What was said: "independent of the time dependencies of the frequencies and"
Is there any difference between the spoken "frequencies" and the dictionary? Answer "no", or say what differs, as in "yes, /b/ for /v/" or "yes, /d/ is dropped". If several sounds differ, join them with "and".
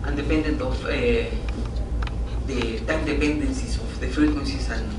yes, /ɹ/ is dropped and /s/ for /z/